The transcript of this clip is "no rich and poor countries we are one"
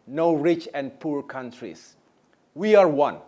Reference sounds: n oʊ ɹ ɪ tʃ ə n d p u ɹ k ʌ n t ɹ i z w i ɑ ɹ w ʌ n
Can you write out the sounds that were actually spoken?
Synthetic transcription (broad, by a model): n oʊ ɹ ɪ tʃ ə n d p u ɹ k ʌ n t ɹ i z w i ɑ ɹ w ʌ n